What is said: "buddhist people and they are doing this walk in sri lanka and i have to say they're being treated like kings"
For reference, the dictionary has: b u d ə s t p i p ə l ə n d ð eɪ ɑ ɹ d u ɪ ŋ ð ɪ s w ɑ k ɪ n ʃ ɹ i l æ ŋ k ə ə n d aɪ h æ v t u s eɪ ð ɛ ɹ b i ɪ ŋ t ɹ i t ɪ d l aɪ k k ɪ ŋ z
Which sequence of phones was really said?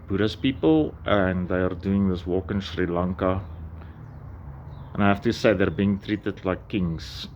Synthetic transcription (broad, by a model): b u d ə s p i p ə l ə n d ð eɪ ɑ ɹ d u ɪ ŋ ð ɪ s w ɑ k ɪ n ʃ ɹ i l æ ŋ k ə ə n aɪ h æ f t u s eɪ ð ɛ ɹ b i ɪ ŋ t ɹ i t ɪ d l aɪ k k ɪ ŋ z